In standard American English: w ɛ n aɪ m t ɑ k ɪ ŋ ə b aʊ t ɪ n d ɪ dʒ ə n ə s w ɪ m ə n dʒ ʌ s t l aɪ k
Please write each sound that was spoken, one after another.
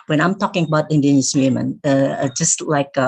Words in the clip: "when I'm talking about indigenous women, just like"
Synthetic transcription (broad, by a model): w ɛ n aɪ m t ɑ k ɪ ŋ ə b aʊ t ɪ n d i ə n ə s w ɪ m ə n dʒ ʌ s t l aɪ k